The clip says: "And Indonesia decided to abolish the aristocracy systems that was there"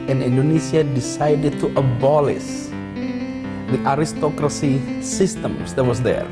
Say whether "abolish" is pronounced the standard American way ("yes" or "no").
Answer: no